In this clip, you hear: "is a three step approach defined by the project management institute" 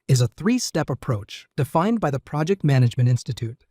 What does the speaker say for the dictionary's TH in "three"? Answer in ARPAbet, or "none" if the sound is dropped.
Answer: TH